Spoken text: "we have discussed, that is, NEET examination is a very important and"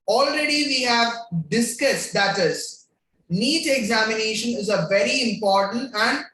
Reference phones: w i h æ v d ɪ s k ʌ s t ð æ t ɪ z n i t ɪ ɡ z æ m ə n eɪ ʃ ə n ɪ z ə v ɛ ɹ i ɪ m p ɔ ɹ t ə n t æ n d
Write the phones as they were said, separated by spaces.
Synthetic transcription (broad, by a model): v i h æ v d ɪ s k ʌ s t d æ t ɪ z n i t ɪ ɡ z æ m ə n eɪ ʃ ə n ɪ z ə v ɛ ɹ i ɪ m p ɔ ɹ t ə n t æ n d